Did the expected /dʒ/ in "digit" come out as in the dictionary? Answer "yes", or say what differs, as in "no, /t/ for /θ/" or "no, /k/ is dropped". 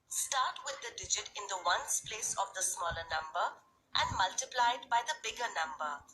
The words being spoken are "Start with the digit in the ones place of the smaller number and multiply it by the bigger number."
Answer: yes